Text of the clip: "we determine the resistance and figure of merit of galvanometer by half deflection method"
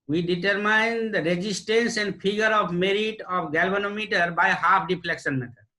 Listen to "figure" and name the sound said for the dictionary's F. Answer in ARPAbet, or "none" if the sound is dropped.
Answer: P